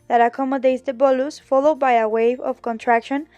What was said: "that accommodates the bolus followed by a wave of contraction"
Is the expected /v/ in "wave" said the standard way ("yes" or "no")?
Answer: yes